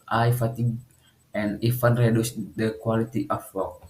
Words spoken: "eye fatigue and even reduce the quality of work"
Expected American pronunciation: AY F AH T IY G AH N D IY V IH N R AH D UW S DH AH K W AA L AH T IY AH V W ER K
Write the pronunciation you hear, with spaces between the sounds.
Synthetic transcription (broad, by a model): AY F AH T IY G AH N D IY F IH N R AH D UW S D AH K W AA L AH T IY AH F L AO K